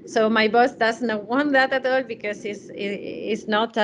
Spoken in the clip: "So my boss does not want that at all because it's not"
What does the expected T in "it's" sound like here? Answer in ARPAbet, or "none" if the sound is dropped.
S